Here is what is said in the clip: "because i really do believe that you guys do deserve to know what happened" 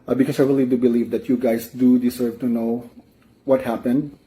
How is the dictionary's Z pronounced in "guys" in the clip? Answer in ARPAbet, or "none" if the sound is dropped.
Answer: S